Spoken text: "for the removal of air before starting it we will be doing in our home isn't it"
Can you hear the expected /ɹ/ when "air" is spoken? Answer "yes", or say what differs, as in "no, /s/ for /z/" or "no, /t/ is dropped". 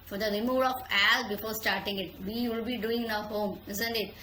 no, /l/ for /ɹ/